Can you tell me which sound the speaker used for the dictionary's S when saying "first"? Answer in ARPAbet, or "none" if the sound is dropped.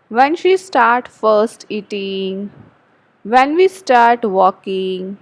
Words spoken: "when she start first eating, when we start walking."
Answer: S